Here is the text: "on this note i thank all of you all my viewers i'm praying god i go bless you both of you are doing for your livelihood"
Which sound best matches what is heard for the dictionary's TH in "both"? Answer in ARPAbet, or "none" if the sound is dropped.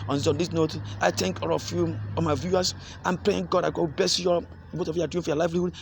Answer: T